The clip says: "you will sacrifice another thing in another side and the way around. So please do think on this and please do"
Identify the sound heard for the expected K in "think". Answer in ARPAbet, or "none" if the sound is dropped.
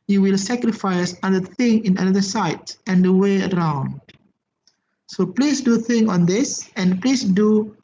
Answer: none